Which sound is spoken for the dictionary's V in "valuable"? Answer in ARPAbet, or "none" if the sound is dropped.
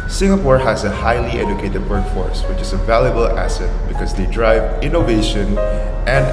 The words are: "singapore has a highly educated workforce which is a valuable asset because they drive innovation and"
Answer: V